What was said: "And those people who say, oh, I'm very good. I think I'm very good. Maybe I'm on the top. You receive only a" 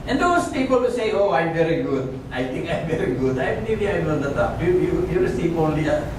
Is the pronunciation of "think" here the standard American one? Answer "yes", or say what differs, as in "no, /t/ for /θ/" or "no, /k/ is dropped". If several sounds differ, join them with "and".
no, /t/ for /θ/